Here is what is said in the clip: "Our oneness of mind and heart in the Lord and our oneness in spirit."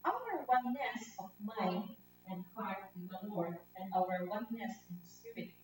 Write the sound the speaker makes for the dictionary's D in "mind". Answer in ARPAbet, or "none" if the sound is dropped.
none